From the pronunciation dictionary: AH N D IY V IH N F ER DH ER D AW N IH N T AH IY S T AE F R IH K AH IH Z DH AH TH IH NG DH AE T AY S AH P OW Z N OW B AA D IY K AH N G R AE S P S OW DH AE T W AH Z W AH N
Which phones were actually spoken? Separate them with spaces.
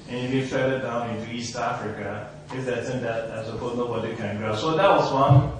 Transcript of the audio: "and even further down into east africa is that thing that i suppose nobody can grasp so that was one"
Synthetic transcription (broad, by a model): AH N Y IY B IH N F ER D D AW N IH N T IY S T AE F R IH K AH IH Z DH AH S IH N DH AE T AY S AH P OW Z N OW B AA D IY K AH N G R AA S S OW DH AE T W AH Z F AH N